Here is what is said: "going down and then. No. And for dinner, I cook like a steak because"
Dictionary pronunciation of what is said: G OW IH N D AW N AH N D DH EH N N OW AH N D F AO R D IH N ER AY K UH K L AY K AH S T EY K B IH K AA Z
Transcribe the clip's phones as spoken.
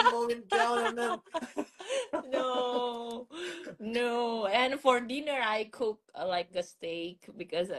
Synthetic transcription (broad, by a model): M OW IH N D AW L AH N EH N N OW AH N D F AO R D IH N ER AY K UH K L AY K AH S T EY K B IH K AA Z